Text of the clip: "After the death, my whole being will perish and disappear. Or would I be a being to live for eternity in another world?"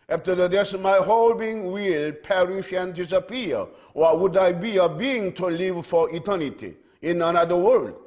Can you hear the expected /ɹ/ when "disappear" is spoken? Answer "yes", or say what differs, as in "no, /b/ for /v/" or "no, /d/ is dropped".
no, /w/ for /ɹ/